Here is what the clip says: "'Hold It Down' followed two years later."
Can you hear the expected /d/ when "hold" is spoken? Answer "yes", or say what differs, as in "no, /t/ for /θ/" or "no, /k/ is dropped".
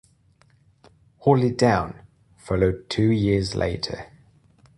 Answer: no, /d/ is dropped